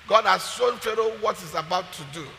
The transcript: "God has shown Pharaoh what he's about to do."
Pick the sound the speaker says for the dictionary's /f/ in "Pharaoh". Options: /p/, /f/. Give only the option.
/f/